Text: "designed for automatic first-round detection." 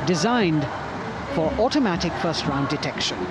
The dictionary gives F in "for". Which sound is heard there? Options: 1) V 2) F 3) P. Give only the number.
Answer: 2